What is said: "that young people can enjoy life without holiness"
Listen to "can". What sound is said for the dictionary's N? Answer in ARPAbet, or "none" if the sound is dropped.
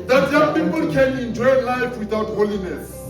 L